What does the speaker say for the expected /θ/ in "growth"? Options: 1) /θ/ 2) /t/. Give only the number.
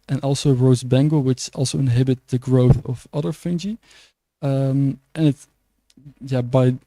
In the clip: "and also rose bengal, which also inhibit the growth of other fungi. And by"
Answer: 1